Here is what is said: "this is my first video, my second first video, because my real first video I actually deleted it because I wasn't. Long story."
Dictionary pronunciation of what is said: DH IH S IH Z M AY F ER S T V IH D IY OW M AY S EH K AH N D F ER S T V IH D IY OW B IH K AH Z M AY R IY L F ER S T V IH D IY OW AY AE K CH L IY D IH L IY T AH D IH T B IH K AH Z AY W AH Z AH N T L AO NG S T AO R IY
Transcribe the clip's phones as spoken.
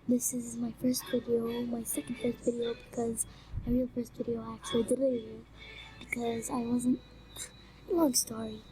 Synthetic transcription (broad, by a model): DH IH S IH Z M AY F ER S T V IH D IY OW M AY S EH K AH N D F ER S T V IH D IY OW B IH K AH Z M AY R IY L F ER S T V IH D IY OW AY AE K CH IY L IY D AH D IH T B IH K AH Z AY W AH Z AH N T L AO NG S T AO R IY